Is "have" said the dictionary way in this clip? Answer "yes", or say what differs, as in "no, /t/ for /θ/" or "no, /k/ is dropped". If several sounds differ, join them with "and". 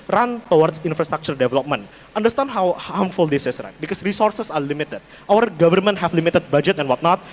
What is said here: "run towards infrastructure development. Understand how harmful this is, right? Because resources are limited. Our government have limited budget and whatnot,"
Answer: no, /f/ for /v/